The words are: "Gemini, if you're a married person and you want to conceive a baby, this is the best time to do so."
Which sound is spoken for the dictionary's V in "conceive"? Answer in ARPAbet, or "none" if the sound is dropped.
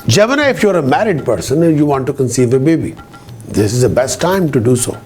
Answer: V